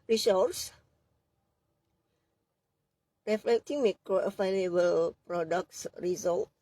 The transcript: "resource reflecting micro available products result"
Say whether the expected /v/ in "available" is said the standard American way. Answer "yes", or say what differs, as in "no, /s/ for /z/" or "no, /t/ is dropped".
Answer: no, /f/ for /v/